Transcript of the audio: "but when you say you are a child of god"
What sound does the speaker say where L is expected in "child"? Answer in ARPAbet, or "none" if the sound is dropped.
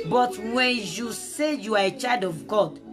none